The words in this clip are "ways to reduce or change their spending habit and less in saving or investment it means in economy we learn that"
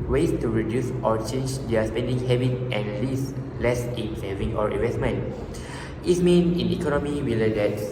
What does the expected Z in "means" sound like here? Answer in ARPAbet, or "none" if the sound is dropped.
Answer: none